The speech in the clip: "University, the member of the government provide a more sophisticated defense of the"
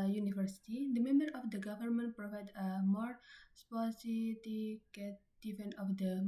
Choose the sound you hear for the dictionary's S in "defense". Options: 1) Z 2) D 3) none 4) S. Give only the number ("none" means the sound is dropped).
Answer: 3